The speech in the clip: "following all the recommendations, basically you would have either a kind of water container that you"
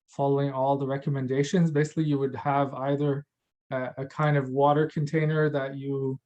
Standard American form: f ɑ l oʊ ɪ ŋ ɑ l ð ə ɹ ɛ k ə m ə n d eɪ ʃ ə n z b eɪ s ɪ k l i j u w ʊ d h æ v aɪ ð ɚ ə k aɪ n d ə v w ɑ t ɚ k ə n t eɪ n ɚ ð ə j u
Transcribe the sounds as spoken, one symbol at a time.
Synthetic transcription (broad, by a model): f ɑ l oʊ ɪ ŋ ɑ l ð ə ɹ ɛ k ə m ə n d eɪ ʃ ə n z b eɪ s ɪ k l i j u w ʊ d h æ v aɪ ð ɚ ə k aɪ n d ə v w ɑ t ɚ k ə n t eɪ n ɚ ð ə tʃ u